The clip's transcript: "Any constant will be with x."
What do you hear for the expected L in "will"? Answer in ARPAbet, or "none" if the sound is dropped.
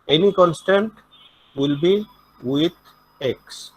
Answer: L